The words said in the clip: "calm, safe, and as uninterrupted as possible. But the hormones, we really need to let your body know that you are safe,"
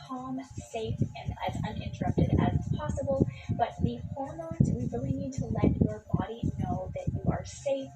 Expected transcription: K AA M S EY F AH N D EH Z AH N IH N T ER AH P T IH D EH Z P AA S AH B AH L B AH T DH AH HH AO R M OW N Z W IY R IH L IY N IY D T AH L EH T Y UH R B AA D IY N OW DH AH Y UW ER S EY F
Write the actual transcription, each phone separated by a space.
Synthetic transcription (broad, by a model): K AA M S EY F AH N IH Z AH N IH N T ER AH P T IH D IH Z P AA S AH B L B AH T DH AH HH AO R M OW N Z W IY W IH L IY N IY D T AH L EH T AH R B AA D IY N OW DH AH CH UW ER S EY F